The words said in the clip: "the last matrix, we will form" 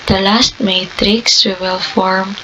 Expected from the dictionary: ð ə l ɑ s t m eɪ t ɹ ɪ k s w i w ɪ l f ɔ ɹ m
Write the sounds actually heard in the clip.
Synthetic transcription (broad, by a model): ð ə l ɑ s t m eɪ t ɹ ɪ k s w i w ɪ l f ɔ ɹ m